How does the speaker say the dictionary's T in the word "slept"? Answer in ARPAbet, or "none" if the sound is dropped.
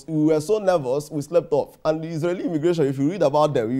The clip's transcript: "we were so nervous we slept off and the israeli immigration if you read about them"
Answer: T